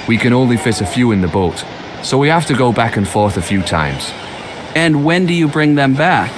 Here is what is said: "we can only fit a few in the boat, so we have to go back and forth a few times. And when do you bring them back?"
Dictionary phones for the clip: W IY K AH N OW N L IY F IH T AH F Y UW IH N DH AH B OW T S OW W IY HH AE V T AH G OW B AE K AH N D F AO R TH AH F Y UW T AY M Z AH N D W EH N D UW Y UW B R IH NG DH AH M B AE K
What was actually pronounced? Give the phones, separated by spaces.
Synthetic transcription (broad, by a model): W IY K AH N OW N L IY F IH T AH F Y UW IH N DH AH B OW T S OW W IY HH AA F T AH G OW B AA K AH N F AO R TH AH F Y UW T AY M Z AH N W EH N D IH Y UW B R IH NG DH AH M B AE K